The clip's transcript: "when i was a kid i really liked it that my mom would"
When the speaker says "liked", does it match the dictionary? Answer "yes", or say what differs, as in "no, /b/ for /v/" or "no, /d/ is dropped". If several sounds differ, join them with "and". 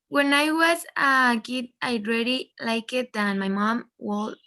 no, /t/ is dropped